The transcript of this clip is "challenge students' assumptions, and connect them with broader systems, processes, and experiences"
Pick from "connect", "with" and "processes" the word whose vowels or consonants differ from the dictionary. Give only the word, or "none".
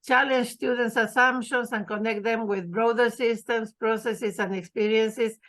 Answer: processes